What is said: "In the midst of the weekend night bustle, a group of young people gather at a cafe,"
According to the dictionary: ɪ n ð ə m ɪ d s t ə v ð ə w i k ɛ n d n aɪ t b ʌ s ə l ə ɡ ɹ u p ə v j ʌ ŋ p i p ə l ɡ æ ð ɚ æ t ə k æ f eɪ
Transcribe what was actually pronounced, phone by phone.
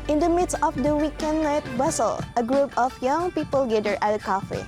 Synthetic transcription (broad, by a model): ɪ n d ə m ɪ d s t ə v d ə w i k ɛ n d n aɪ t b ʌ s ə l ə ɡ ɹ u p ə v j ʌ ŋ p i p ə l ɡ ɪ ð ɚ t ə k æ f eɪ